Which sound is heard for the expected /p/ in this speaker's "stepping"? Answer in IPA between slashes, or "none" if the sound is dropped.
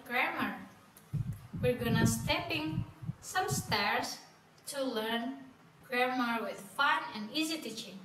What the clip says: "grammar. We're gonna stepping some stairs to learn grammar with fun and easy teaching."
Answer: /p/